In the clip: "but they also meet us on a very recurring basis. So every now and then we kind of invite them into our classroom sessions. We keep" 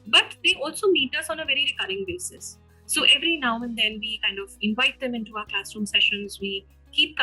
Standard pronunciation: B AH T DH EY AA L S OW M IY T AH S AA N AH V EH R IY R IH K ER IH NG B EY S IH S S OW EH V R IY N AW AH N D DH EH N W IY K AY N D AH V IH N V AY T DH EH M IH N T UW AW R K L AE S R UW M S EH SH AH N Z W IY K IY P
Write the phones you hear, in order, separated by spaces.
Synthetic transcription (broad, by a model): B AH T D EY AA L S OW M IY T AH S AA N AH V EH R IY R IH K ER IH NG B EY S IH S S OW EH V R IY N AW AH N D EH N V IY K AY N D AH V IH N V AY T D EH M IH N T UW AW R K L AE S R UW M S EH SH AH N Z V IY K IY P